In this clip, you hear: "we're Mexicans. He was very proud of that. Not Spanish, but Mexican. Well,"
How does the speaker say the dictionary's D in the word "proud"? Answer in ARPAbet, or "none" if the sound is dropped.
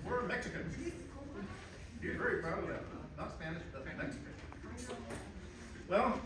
none